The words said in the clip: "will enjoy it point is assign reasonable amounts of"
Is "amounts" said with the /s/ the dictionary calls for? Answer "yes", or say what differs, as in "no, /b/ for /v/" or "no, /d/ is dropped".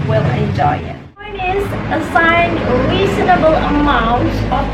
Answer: no, /s/ is dropped